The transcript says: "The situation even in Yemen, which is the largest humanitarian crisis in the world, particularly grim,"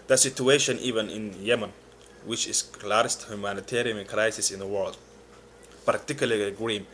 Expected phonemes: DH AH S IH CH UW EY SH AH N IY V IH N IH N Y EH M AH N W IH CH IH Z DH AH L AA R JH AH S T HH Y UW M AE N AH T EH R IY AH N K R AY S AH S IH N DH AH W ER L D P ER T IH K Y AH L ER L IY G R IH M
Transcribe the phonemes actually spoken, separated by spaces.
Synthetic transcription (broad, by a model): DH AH S IH CH UW EY SH AH N IY V IH N IH N Y EH M AH N W IH CH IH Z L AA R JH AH S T HH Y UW M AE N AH T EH R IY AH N K R AY S AH S IH N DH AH W ER L D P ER T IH K Y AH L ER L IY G R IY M